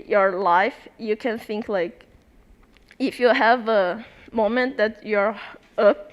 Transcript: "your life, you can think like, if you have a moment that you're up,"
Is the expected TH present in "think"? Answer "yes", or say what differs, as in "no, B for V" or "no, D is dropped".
yes